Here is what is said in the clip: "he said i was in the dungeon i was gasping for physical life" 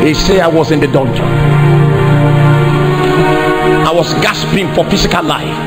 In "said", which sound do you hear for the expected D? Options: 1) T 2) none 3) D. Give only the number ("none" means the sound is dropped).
2